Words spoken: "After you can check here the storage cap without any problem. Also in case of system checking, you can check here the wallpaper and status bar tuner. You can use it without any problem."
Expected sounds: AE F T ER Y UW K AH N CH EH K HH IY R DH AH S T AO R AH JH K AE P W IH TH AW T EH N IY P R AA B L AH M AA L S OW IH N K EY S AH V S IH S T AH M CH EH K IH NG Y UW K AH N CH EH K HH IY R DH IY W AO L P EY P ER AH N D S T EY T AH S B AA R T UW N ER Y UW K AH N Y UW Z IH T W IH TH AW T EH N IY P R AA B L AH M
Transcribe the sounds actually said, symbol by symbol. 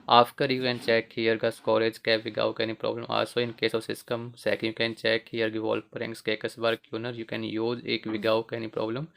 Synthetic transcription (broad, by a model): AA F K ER Y UW K AH N CH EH K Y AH R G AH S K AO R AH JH K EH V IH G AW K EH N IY P R AA B L AH M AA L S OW IH N K EY S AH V S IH S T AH M S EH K Y UW K AH N CH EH K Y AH R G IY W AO L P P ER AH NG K S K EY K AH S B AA R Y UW N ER Y UW K AH N Y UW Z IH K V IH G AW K EH N IY P R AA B L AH M